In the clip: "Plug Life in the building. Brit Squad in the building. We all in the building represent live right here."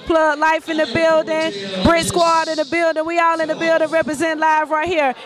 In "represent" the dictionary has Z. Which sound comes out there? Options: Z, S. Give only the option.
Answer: Z